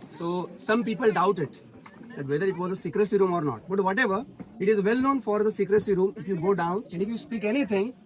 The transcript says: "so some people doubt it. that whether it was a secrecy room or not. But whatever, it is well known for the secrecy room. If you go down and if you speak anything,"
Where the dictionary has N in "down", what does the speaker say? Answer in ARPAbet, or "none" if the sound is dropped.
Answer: N